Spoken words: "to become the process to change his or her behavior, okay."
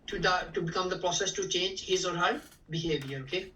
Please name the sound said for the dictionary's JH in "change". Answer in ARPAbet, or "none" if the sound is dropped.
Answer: JH